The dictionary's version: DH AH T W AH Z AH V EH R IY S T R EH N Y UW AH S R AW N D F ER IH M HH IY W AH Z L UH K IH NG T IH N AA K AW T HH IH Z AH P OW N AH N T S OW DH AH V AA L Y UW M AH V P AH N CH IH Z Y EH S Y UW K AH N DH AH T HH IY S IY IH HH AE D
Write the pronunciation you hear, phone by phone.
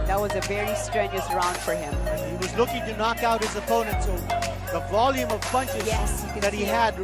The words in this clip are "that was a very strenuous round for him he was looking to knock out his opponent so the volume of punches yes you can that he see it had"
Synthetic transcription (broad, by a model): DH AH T W AH Z AH V EH R IY S T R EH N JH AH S R AW N D F ER IH M HH IY W AH Z L UH K IH NG T IH N AA K AW T HH IH Z AH P OW N AH N T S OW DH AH V AA L Y UW M AH V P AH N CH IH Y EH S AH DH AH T HH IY IY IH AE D